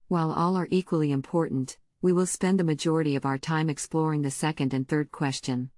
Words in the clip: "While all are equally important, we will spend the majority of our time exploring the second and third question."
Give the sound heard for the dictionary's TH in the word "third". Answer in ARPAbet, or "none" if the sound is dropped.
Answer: TH